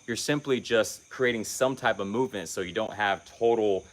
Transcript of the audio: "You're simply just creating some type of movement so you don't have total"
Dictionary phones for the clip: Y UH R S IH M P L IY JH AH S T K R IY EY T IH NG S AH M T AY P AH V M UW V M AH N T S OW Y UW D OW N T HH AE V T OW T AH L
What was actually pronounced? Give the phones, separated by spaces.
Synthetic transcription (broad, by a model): Y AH R S IH M P L IY JH AH S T K R IY EY T IH NG S AH M T AY P AH V M UW V M AH N T S OW Y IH D OW N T HH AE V T OW T L